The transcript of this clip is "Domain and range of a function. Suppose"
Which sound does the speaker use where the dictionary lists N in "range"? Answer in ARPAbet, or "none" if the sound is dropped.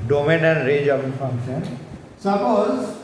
none